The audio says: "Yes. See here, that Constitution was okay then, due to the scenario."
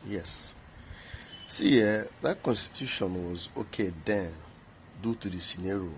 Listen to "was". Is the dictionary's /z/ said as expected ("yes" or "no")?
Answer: yes